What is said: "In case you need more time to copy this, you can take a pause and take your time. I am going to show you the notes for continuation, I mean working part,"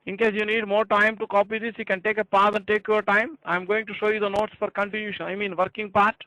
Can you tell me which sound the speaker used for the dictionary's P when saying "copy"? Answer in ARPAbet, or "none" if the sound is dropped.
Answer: P